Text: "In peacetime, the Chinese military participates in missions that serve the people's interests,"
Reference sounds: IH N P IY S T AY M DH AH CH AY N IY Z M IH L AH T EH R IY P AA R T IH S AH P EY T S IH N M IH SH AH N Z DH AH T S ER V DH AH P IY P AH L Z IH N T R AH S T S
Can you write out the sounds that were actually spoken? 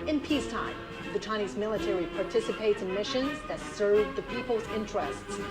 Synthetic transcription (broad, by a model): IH N P IY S T AY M DH AH CH AY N IY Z M IH L AH T EH R IY P AA R T IH S AH P EY T S IH N M IH SH AH N Z DH AH T S ER V DH AH P IY P L Z IH N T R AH S T S